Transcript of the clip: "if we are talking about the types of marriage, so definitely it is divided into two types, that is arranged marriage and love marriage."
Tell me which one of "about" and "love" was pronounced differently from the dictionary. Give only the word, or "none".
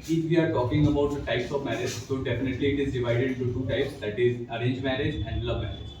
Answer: none